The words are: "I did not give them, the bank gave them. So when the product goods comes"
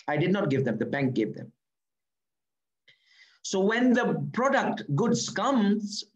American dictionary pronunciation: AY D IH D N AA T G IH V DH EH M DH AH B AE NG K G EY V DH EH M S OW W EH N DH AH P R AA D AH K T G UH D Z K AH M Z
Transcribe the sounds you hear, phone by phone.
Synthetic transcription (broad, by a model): AY D IH D N AA T G IH V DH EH M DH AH B AE NG K G EY V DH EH M S OW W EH N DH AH P R AA D AH K T G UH D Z K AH M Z